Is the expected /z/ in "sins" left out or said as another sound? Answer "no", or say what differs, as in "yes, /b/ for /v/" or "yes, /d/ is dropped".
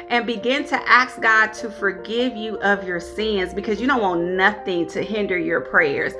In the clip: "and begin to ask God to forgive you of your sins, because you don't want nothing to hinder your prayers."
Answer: no